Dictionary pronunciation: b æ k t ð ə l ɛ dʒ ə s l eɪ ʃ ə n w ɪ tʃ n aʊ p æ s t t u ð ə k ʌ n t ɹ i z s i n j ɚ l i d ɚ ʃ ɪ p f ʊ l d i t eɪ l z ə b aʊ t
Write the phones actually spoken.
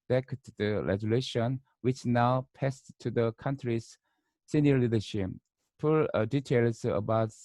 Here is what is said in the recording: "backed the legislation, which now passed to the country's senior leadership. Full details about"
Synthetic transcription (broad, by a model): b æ k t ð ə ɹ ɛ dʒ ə l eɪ ʃ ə n w ɪ tʃ n aʊ p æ s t t u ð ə k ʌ n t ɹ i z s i n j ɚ l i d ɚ ʃ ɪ p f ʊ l d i t eɪ l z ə b aʊ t